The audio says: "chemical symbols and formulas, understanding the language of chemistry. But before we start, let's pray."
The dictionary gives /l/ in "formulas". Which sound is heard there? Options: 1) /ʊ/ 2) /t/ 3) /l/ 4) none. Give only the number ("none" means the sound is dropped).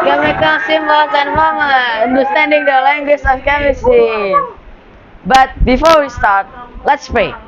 4